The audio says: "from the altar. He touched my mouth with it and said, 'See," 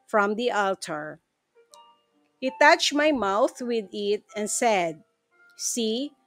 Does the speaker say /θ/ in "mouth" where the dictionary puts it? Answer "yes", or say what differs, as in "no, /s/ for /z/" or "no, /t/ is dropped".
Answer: yes